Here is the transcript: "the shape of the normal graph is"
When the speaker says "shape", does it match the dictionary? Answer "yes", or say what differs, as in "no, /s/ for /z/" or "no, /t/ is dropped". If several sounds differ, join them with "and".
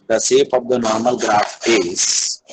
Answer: no, /s/ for /ʃ/